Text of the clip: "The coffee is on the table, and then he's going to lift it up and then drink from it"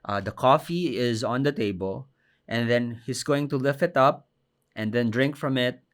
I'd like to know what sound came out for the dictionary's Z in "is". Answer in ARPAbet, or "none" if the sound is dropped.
Z